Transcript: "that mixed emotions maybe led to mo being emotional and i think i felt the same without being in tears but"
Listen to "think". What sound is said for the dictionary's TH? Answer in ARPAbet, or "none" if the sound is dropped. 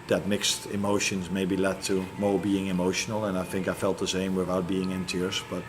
TH